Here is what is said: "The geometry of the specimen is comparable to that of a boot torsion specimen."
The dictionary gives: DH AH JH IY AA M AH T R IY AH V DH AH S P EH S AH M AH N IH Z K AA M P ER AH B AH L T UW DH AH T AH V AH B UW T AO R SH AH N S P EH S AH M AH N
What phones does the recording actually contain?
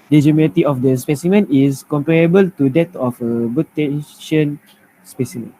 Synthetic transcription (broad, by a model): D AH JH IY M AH T IY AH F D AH S P EH S AH M AH N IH S K AA M P ER AH B AH L T UW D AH T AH F AH B UW T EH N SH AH N S P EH S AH M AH N